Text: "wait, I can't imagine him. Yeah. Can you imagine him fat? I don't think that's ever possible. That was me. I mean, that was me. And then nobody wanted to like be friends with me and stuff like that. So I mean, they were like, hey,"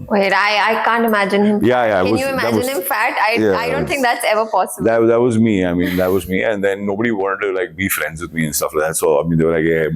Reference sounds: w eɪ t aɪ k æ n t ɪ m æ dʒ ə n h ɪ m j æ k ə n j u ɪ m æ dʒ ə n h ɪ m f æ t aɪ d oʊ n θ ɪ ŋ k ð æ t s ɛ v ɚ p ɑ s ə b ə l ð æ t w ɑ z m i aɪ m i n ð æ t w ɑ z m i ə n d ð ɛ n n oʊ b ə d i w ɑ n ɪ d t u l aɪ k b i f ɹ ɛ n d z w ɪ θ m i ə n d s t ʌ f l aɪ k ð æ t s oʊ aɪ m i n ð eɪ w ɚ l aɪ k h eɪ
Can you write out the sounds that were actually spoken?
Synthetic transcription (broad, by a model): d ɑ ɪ aɪ k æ n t ɪ m æ dʒ ə n h ɪ m j æ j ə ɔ j u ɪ m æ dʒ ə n h ɪ m f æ t aɪ d oʊ n t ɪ ŋ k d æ t s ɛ v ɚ p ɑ s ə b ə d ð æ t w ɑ z m i aɪ m i n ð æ t w ɑ z m i ə n d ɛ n n oʊ b ə d i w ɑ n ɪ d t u l aɪ k b i f ɹ ɛ n d z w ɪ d m i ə n s t ʌ f l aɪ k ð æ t s oʊ aɪ m i n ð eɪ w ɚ l aɪ k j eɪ